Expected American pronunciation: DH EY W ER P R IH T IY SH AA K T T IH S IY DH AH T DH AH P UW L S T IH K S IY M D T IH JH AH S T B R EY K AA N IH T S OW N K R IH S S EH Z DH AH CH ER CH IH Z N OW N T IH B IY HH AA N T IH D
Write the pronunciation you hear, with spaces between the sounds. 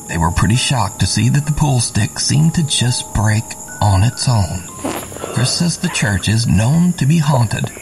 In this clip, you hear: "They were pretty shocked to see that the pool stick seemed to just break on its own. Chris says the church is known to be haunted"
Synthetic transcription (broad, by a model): DH EY W ER P R IH T IY SH AA K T T IH S IY DH AH T DH AH P UW L S T IH K S IY M T IH JH AH S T B R EY K N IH T S OW N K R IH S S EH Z DH AH CH ER CH IH Z N OW N T IH B IY HH AA N T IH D